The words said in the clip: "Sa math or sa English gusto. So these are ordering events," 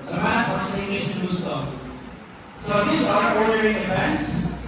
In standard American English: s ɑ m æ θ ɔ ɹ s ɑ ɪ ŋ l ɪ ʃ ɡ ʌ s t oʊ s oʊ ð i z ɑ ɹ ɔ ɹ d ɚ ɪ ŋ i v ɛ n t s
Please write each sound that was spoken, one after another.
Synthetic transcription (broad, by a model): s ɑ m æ f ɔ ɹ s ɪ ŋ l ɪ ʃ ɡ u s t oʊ s oʊ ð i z ɑ ɹ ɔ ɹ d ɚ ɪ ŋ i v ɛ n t s